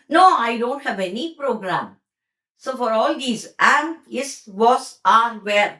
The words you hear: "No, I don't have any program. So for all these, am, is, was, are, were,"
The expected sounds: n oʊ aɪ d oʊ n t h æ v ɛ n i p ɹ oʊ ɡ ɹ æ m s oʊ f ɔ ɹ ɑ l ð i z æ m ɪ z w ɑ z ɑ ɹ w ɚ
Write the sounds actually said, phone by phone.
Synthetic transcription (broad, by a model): n oʊ aɪ d oʊ n t h æ v ɛ n i p ɹ oʊ ɡ ɹ æ m s oʊ f ɔ ɹ ɑ l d i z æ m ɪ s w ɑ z ɑ ɹ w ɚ